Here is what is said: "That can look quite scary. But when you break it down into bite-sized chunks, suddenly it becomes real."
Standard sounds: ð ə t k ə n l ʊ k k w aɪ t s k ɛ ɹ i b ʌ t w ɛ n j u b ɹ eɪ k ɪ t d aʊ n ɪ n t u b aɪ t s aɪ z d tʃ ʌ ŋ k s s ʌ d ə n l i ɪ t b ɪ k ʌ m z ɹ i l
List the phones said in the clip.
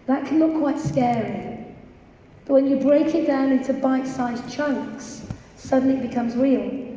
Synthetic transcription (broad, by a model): ð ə t k ə n l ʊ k k w aɪ t s k ɛ ɹ i b ʌ t w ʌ n j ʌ b ɹ eɪ k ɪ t d aʊ n ɪ n t u b aɪ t s aɪ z tʃ ʌ ŋ k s s ʌ d n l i ɪ t b ɪ k ʌ m z ɹ i l